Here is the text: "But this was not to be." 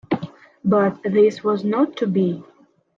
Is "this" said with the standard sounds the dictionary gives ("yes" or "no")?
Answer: yes